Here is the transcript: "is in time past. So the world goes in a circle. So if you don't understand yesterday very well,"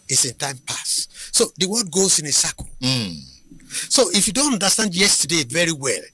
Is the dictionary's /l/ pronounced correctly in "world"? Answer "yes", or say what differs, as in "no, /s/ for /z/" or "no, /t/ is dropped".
no, /l/ is dropped